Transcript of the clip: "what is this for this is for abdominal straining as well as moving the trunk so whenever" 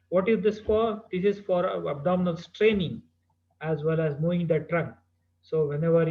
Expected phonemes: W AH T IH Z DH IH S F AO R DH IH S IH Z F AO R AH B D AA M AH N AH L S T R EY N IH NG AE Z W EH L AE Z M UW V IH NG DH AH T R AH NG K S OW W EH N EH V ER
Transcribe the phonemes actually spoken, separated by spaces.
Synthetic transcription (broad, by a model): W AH T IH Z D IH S F AO R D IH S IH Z F AO R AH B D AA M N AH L S T R EY N IH NG AE Z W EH L AE Z M UW V IH NG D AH T R AH NG K S OW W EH N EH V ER